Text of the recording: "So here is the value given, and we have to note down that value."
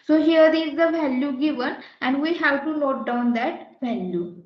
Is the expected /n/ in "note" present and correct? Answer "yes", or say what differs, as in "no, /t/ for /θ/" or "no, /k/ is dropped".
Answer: no, /l/ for /n/